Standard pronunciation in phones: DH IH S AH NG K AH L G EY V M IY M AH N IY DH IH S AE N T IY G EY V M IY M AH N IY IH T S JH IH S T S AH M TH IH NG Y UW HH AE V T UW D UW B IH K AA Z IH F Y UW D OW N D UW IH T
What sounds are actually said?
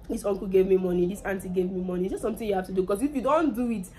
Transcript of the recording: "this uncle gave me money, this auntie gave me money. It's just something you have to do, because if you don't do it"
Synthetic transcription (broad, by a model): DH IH S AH NG K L G EY V M IY M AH N IY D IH S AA N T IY G EY V M IY M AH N IY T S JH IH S S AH M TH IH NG Y UW HH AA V T UW D UW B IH K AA S IH F Y UW D OW N D UW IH T